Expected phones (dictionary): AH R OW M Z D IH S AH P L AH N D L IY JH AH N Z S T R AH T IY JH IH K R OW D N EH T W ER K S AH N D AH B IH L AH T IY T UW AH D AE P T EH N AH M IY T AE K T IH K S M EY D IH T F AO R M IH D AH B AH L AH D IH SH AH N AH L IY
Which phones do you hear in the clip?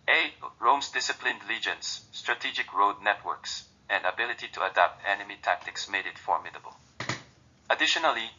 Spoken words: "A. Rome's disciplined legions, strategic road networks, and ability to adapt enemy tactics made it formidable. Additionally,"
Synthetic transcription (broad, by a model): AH R OW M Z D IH S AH P L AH N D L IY JH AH N S T R AH T IY JH IH K R OW D N EH T W ER K S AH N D AH B IH L AH T IY T UW AH D AE P T EH N AH M IY T AE K T IH K S M EY D IH T F AO R M IH D AH B AH L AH D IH SH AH N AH L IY